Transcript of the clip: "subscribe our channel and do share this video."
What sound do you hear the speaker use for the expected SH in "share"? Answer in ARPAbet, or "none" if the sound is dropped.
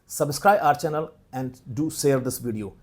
S